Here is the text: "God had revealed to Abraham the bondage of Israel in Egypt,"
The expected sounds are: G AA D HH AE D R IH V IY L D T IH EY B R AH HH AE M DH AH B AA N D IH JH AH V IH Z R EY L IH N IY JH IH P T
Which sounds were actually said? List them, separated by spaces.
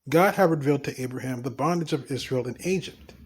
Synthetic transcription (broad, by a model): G AA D HH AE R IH V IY L D T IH EY B R AH HH AE M DH AH B AA N D IH JH AH V IH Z R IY L IH N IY JH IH P T